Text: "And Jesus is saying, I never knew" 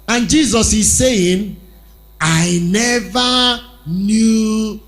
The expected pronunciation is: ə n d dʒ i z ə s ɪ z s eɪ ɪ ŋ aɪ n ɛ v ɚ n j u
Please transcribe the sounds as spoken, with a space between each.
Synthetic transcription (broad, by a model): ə n dʒ i z ə s ɪ z s eɪ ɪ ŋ aɪ n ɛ v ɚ n j u